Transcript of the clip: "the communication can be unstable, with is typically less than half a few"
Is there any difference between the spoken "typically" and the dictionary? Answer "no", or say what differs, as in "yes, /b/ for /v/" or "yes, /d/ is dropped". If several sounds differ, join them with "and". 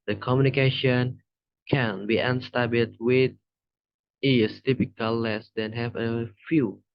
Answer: yes, /l/ is dropped